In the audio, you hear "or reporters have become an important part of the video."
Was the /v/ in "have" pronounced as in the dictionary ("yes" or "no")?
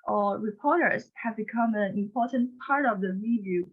yes